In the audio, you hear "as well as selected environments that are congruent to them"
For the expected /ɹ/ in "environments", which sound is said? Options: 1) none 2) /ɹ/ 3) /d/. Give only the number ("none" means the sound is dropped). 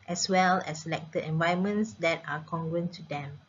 1